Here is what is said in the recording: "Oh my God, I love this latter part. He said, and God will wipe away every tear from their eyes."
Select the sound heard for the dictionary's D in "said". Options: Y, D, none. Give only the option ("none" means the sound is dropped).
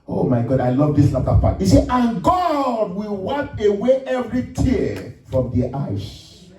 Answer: none